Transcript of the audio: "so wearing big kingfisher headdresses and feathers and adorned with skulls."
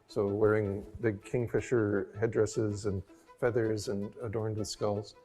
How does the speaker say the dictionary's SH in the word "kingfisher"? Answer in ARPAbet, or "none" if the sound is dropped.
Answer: SH